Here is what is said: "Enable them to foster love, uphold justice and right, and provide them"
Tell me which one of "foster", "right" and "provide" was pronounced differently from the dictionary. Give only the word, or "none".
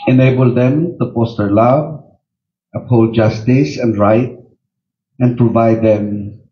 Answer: foster